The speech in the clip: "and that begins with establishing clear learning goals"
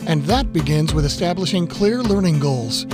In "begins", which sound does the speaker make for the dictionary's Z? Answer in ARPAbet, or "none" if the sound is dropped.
Z